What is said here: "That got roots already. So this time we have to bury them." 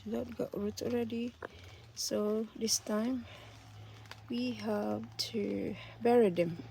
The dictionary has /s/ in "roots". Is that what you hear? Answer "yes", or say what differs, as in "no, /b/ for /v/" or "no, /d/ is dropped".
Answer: no, /s/ is dropped